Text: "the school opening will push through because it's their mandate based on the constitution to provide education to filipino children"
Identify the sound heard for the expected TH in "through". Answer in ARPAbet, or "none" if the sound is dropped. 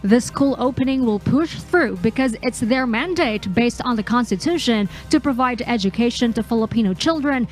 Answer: TH